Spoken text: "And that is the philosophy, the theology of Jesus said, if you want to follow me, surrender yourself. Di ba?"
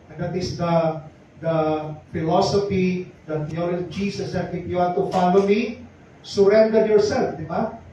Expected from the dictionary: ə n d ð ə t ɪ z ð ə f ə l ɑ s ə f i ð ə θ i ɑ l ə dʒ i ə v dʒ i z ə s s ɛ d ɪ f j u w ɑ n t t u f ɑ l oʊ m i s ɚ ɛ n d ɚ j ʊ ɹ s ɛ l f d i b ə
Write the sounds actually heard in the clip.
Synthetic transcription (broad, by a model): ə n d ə t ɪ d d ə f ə l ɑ s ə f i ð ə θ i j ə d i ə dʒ i s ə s s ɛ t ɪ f j u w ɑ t t u f ɑ l oʊ m i s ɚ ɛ n d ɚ j ʊ ɹ s ɛ l f d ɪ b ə